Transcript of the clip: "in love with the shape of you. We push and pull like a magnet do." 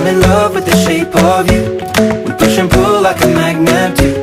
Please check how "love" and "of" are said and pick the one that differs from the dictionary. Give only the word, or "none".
none